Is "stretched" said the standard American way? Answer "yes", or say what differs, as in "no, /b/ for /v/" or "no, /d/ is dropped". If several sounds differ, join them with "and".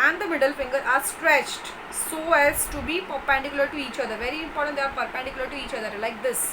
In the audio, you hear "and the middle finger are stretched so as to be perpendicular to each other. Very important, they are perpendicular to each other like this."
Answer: yes